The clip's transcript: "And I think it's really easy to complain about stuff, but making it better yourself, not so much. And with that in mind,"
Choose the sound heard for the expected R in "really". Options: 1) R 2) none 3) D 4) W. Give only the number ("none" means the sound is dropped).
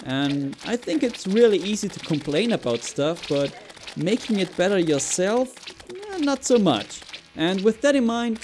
1